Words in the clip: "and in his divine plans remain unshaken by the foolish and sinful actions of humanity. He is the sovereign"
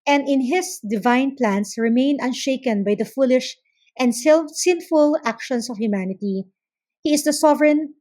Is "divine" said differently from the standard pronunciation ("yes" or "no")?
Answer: no